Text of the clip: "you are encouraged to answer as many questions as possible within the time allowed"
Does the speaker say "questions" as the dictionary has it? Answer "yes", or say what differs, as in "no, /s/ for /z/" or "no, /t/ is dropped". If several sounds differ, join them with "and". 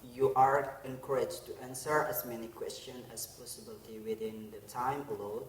no, /z/ is dropped